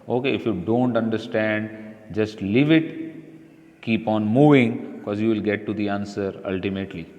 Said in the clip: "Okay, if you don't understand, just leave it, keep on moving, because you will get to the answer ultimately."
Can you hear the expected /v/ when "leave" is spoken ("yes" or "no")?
yes